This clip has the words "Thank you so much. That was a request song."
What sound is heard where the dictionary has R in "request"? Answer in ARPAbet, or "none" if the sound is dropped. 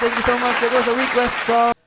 W